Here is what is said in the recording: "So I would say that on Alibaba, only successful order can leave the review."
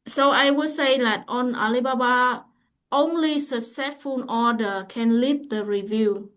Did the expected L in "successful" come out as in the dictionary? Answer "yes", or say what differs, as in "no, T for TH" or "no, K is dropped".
no, N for L